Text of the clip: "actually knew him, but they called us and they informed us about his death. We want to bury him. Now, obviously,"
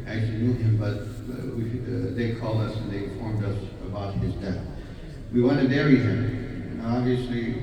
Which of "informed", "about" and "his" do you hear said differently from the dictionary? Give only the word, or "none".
informed